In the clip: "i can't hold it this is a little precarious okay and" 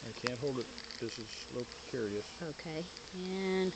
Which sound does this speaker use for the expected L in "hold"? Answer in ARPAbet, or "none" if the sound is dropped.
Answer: L